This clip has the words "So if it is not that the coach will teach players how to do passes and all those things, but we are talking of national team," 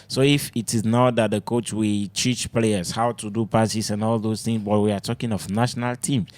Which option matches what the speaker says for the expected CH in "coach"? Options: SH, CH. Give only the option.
CH